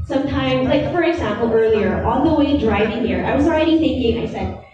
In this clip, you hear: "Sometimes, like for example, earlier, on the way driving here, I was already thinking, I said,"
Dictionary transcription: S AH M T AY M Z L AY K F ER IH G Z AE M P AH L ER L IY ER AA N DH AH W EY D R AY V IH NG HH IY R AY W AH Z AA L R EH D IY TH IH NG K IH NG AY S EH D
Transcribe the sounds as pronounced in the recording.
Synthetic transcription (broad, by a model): S AH M T AY M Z L AY K F ER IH G Z AE M P L ER L IY ER AA L DH AH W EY D R AY V IH NG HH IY R AY W AH Z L R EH D IY TH IH NG K IH NG AY S EH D